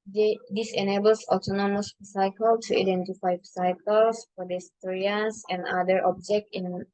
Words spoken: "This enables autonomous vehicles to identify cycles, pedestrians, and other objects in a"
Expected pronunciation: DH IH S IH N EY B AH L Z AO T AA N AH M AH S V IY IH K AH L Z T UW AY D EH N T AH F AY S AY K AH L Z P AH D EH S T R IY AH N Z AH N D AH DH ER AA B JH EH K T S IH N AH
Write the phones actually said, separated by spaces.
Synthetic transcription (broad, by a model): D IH S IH N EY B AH L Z AO T AA N AH M AH S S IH K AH L T UW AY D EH N T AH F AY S AY K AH L S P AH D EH S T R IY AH N S AH N D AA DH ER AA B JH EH K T IH N